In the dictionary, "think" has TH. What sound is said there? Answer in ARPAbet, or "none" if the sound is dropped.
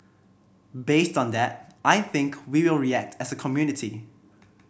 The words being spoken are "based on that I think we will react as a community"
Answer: TH